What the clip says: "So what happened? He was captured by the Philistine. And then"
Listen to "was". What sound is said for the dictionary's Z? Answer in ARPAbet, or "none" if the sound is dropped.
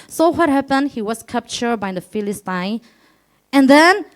S